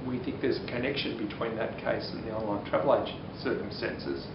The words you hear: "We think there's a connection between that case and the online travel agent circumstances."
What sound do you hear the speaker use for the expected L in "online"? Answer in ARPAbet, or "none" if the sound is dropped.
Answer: L